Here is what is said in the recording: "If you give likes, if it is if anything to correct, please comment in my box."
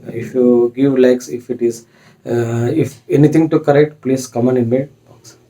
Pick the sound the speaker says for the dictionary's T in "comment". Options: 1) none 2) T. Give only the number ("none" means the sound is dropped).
1